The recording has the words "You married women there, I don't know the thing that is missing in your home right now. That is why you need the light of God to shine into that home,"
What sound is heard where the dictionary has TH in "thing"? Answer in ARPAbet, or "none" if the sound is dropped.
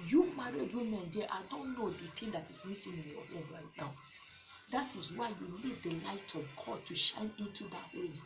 T